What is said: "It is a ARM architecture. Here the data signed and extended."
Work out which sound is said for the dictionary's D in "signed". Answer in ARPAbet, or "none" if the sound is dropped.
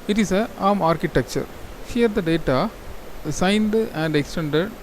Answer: D